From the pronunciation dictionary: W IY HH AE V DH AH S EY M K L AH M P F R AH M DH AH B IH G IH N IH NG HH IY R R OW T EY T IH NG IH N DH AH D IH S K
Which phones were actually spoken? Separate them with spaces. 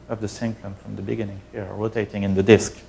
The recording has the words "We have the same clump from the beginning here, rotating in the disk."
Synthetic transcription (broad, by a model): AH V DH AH S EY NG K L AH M F R AH M DH AH B IH G IH N IH NG HH IY R R OW T EY T IH NG IH N DH AH D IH S K